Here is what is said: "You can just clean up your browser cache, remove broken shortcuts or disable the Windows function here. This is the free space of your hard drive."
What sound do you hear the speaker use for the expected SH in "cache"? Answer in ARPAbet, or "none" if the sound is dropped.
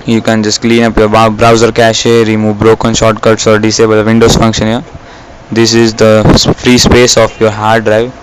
SH